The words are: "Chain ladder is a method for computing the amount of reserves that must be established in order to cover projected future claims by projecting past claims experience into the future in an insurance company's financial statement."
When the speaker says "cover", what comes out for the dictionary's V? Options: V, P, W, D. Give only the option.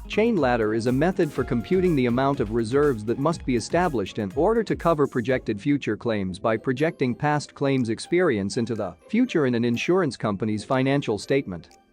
V